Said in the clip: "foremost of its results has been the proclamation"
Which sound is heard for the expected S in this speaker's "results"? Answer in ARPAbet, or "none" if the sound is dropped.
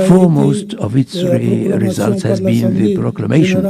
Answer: S